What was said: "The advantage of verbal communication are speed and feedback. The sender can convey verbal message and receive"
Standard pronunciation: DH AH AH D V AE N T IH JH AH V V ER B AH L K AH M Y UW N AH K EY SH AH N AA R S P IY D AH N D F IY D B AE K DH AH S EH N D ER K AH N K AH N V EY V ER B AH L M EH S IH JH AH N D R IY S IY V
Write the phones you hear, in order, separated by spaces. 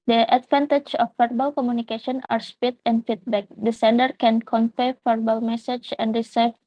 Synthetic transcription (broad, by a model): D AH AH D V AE N T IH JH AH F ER B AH L K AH M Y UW N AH K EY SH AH N AA R S P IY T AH N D F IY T B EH K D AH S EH N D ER K AH N K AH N F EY F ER B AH L M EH S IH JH AH N D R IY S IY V